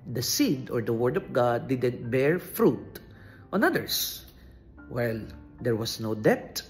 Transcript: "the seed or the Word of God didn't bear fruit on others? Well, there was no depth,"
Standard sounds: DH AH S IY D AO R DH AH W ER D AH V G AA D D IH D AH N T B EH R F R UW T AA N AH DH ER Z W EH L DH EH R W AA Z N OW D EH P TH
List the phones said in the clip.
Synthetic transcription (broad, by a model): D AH S IY D AO R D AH W ER D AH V G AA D D IH D AH N T B EH R F R UW T AA N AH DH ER S W EH L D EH R W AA S N OW D EH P